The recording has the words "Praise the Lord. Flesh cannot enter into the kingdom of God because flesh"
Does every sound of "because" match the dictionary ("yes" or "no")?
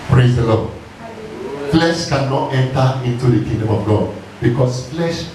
no